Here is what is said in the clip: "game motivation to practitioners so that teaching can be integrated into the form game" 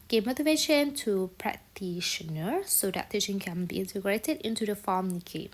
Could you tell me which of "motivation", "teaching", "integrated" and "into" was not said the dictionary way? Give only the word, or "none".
teaching